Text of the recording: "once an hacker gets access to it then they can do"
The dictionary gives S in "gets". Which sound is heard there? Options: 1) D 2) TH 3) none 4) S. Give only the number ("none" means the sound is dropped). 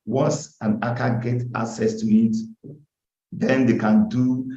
3